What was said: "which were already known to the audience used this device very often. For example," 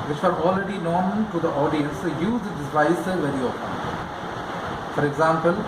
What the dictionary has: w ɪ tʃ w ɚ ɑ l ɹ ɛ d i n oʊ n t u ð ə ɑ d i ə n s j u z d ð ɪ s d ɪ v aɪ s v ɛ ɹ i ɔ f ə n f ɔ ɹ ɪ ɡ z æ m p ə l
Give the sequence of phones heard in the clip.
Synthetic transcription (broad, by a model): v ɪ tʃ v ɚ ɑ l ɹ ɛ d i n oʊ n t u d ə ɑ d i ə n s j u z d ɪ d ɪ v aɪ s v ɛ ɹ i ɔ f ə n f ɔ ɹ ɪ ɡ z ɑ m p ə l